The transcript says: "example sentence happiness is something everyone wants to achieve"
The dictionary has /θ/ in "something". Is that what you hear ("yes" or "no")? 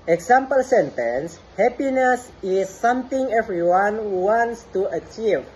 no